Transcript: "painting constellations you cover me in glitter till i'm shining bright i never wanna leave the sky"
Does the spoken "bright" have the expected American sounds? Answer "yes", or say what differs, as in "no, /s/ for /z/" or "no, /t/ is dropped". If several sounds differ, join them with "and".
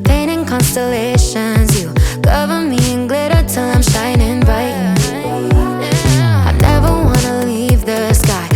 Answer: no, /ɹ/ is dropped